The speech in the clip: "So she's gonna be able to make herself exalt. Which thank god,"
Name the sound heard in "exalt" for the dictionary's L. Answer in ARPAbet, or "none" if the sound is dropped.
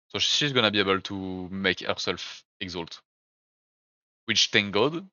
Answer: L